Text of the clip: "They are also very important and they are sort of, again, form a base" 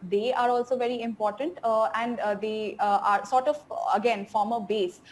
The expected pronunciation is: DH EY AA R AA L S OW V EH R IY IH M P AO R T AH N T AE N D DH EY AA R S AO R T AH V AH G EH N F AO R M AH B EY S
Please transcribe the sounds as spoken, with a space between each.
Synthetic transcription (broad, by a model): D EY AA R AA L S OW V EH R IY IH M P AO R T AH N T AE N D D EY AA R S AO R T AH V AH G EH N F AO R M AH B EY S